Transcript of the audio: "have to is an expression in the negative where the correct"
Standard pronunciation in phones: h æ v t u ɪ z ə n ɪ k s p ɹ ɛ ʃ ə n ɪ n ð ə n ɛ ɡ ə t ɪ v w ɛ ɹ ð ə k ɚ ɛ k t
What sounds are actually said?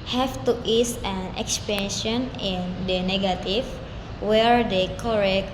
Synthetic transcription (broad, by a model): h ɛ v t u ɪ s ə n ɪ k s p ɛ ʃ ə n ɪ n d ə n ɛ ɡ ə t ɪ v w ɛ ɹ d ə k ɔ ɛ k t